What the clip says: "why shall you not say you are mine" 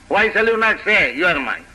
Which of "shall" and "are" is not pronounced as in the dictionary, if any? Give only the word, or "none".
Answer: shall